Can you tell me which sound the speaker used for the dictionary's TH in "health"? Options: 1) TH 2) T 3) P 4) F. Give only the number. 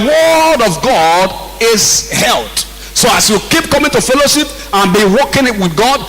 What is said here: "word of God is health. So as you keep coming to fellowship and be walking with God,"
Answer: 2